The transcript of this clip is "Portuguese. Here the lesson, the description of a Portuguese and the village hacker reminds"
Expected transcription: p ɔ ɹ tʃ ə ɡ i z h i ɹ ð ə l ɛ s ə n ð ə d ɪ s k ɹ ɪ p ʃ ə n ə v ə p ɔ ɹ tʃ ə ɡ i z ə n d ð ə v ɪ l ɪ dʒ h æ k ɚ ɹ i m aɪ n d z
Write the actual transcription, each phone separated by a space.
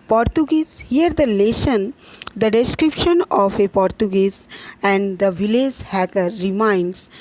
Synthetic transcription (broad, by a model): p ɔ ɹ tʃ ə ɡ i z h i ɹ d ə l ɛ ʃ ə n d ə d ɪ s k ɹ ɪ p ʃ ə n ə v ə p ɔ ɹ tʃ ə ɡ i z ə n d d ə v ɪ l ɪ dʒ h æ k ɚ ɹ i m aɪ n d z